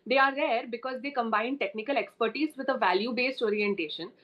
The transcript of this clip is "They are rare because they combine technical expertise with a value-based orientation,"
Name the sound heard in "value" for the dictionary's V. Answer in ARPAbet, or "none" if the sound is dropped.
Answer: V